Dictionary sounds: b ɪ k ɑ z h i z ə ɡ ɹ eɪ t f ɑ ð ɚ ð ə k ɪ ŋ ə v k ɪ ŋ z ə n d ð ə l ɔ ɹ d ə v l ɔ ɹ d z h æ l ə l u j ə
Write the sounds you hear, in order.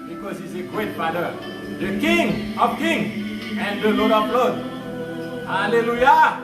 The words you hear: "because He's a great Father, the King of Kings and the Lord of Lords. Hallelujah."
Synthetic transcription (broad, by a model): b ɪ k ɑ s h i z ə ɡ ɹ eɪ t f ɑ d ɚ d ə k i ŋ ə f k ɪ ŋ ə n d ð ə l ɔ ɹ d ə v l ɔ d h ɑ l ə l u j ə